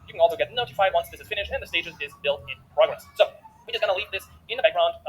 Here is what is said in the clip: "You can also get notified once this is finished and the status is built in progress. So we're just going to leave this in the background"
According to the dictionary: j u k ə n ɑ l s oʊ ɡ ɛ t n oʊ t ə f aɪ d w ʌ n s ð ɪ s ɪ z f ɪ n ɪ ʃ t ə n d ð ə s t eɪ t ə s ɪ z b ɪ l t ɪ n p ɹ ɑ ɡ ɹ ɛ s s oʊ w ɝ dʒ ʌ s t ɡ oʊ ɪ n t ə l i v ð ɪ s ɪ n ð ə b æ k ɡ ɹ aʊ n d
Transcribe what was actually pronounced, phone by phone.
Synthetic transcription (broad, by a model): j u k ə n ɑ l s oʊ ɡ ɛ t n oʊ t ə f aɪ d w ʌ n s ð ɪ s ɪ z f ɪ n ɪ ʃ ə n ð ə s t eɪ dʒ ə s ɪ z b ɪ l t ɪ n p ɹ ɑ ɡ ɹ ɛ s s oʊ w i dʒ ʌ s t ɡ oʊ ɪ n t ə l i v ð ɪ s ɪ n ð ə b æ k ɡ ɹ aʊ n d